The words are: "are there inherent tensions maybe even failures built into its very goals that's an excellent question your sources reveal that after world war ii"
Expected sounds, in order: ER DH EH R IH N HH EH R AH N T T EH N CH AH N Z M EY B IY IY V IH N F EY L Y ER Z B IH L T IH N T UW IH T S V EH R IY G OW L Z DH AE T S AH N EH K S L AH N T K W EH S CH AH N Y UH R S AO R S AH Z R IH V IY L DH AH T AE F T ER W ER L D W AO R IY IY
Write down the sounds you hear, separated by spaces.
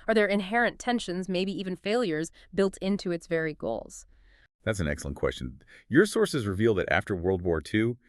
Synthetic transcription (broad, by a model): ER DH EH R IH N HH EH R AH N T T EH N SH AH N Z M EY B IY IY V IH N F EY L Y ER Z B IH L T IH N T UW IH T S V EH R IY G OW L Z DH AE T S N EH K S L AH N K W EH S CH AH N Y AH R S AO R S AH Z R IH V IY L DH AH T AE F T ER W ER L D W AO R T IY